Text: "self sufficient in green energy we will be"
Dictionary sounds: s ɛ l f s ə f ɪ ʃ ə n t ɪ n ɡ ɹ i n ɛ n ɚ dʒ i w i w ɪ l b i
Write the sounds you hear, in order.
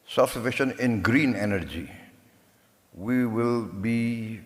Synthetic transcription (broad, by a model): s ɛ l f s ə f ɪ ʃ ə n ɪ n ɡ ɹ i n ɛ n ɚ dʒ i w i w ɪ l b i